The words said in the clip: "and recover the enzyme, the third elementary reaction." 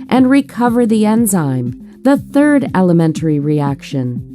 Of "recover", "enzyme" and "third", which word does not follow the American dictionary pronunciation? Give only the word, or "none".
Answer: none